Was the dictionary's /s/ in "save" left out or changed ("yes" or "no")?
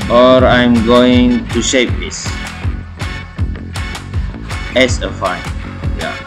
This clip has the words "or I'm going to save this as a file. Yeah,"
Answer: yes